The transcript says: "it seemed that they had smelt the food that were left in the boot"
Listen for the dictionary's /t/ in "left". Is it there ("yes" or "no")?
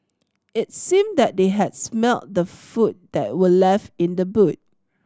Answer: no